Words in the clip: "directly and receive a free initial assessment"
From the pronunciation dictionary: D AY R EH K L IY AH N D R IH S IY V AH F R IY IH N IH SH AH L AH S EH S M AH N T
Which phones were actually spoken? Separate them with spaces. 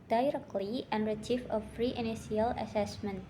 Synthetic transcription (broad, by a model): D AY R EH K L IY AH N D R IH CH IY F AH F R IY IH N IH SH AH L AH S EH S M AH N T